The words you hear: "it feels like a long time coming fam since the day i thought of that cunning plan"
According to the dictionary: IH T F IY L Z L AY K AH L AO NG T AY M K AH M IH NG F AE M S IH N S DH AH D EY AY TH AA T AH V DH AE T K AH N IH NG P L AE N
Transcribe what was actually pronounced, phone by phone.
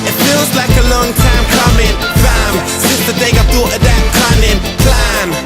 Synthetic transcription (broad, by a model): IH T F IY L Z L AY K AH L AO NG T AY M K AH M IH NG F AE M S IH S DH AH D EY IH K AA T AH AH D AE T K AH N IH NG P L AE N